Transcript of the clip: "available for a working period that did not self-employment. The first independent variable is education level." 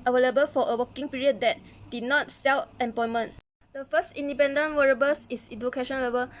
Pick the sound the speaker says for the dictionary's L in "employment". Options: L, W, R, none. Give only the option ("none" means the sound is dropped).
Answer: none